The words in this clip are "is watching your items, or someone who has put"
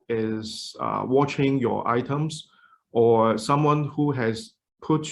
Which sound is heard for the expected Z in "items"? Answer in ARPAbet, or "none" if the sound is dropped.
S